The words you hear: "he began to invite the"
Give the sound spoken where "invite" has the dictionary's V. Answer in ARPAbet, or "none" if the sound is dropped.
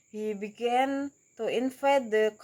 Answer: F